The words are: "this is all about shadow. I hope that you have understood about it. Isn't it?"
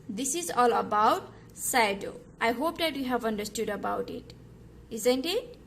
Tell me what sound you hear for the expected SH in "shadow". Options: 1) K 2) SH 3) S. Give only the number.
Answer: 3